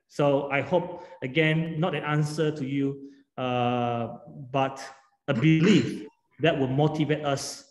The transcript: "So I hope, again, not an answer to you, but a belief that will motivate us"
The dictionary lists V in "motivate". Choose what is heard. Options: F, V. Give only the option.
V